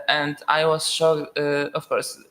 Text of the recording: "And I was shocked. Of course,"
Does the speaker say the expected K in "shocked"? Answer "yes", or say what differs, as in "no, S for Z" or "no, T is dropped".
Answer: no, K is dropped